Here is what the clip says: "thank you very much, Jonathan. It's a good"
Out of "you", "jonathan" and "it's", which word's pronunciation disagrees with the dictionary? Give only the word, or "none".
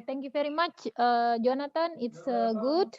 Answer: jonathan